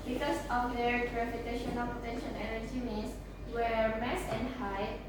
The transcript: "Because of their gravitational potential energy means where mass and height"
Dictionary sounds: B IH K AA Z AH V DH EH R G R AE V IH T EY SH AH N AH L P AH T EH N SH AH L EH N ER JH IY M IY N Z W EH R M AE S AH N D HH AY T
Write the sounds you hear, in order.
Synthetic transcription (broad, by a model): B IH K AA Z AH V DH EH R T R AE F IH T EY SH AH N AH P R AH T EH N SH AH N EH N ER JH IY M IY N S W EH R M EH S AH N HH AY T